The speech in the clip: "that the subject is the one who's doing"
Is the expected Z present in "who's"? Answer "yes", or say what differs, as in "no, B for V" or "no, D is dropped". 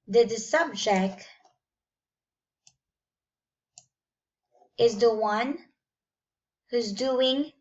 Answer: yes